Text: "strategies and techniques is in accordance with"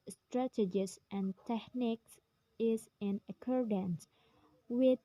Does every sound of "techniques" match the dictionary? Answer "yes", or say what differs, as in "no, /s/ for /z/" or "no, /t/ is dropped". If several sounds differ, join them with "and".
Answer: yes